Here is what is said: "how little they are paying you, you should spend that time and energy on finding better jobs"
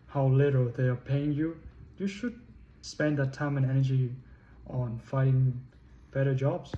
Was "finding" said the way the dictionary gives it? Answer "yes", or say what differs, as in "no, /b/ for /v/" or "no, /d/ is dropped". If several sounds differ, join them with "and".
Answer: no, /n/ is dropped